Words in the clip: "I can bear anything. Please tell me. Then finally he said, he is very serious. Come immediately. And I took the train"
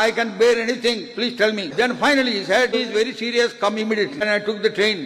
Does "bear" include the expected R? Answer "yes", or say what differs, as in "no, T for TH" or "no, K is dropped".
yes